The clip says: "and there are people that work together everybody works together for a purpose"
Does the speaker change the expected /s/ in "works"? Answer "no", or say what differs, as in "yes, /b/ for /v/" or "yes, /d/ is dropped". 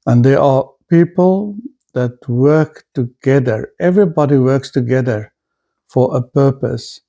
no